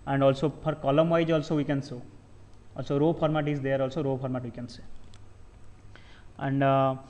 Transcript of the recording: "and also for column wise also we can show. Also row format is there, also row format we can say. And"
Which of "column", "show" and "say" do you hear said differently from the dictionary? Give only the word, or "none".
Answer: show